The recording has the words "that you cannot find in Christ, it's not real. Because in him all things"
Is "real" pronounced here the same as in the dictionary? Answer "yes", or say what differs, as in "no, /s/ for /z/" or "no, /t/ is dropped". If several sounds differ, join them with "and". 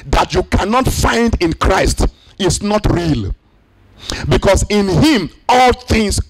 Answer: yes